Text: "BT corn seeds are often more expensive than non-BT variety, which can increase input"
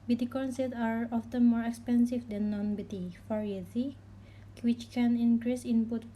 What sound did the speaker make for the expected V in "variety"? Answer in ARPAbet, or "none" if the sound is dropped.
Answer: F